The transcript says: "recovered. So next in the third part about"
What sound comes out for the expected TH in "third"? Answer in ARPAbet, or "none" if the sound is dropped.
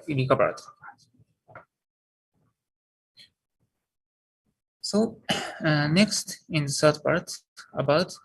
S